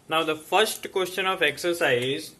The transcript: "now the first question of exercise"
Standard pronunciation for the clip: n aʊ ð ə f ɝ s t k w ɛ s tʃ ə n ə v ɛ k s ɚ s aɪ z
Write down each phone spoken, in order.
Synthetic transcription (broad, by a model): n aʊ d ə f ɝ s t k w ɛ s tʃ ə n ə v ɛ k s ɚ s aɪ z